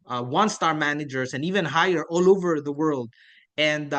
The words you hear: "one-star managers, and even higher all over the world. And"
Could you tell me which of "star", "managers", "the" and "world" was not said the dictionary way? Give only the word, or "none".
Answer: managers